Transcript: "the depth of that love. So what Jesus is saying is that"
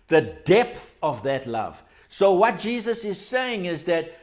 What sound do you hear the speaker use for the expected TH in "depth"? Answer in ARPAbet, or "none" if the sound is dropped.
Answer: TH